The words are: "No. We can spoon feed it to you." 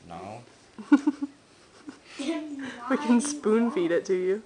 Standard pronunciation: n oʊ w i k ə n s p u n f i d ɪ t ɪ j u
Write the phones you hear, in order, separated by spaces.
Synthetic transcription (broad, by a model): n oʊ w i k ə n s p u n f i d ɪ t ɪ j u